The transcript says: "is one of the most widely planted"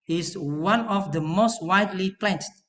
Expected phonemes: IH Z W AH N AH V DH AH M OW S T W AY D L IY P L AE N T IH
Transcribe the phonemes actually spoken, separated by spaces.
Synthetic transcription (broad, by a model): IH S W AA N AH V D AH M OW S T W AY D L IY P L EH N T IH